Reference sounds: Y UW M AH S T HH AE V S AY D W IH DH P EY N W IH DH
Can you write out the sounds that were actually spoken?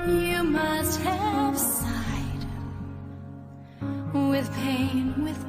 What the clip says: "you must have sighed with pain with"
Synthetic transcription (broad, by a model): Y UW M AH S T HH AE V S AY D W IH DH P EY N W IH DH